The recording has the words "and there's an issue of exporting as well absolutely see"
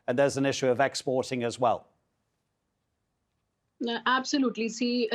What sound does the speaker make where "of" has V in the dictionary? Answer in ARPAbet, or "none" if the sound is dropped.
V